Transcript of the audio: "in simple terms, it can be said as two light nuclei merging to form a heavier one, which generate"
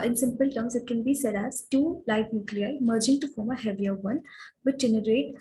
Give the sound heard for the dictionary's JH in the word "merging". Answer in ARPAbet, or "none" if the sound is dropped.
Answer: JH